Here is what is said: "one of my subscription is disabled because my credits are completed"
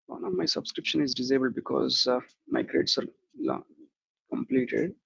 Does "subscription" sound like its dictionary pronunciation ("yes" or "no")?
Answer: yes